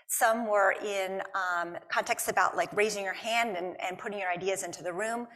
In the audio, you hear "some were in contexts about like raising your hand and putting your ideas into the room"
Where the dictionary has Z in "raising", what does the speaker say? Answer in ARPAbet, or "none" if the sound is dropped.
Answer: Z